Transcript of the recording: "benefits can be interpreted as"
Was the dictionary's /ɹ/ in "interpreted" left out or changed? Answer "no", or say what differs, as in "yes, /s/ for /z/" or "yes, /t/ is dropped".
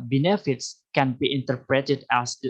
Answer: no